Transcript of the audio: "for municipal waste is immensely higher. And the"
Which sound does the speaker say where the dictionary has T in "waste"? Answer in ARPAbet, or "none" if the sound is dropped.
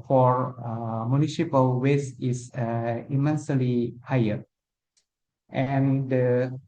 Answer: none